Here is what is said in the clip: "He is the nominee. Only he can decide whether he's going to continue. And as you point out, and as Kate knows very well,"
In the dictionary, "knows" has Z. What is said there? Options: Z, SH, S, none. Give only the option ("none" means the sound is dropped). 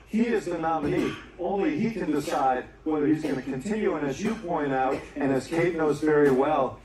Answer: Z